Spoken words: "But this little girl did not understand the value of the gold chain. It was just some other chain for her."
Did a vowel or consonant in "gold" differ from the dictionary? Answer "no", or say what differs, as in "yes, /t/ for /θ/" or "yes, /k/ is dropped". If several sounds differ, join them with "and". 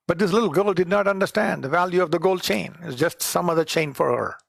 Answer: no